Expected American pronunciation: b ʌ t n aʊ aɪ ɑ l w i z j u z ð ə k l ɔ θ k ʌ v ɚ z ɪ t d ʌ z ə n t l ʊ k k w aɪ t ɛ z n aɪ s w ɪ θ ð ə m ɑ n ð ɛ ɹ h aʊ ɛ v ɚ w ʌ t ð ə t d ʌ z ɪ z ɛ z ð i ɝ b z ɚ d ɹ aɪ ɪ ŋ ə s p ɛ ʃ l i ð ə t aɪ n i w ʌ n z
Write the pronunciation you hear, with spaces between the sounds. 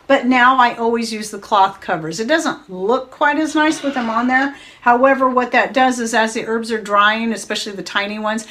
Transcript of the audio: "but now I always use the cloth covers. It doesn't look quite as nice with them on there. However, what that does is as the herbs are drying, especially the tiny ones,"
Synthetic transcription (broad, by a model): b ʌ t n aʊ aɪ ɑ l w i z j u z ð ə k l ɔ θ k ʌ v ɚ z ɪ t d ʌ z ə n t l ʊ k k w aɪ t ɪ z n aɪ s w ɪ ð ə m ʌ n ð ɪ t h aʊ ɛ v ɚ w ʌ t ð ə t d ʌ z ɪ z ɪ z ð i ɝ b z ɚ d ɹ aɪ ɪ ŋ ə s p ɛ ʃ l i ð ə t aɪ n i w ʌ n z